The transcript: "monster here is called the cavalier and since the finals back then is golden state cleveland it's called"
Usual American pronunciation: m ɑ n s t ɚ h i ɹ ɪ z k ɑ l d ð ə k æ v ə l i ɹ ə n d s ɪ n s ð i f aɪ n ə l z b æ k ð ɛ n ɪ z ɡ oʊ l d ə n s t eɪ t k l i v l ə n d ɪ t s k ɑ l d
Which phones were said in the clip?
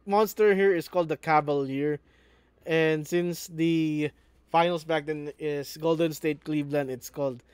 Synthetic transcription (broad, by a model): m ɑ n s t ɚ h i ɹ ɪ s k ɑ l d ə k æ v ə l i ɹ ə n d s ɪ n s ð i f aɪ n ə l s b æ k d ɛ n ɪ s ɡ oʊ l d ə n s t eɪ t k l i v l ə n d ɪ t s k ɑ l d